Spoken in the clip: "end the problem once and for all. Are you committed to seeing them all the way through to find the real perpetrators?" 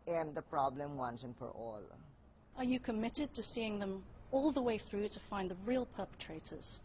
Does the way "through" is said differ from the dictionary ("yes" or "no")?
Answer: no